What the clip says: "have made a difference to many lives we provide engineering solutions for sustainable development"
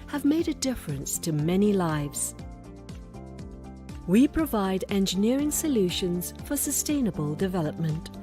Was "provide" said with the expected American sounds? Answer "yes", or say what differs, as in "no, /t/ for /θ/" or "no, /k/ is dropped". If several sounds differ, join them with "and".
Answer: yes